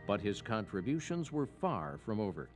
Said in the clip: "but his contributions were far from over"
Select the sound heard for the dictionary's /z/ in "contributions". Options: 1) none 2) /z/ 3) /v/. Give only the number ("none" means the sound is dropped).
2